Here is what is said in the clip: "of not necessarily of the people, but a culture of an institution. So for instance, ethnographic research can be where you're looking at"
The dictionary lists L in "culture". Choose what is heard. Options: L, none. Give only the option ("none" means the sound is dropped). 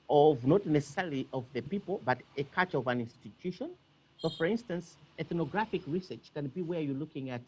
none